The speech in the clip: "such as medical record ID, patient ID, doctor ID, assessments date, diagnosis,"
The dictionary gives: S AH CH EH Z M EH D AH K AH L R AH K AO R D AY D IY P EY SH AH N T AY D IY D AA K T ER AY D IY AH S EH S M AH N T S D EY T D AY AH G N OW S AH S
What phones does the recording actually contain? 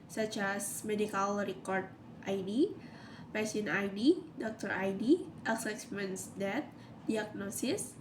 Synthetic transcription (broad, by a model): S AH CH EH S M EH D AH K AH L R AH K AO R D AY D IY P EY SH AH N AY D IY D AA K T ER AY D IY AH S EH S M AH N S D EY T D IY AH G N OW S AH S